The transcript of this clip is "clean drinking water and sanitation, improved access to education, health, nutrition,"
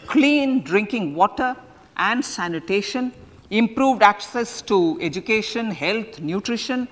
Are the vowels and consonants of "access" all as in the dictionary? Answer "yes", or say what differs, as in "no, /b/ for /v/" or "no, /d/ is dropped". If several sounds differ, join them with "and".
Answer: yes